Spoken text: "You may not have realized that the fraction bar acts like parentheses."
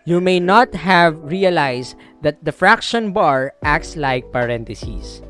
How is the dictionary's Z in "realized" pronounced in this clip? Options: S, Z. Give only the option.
S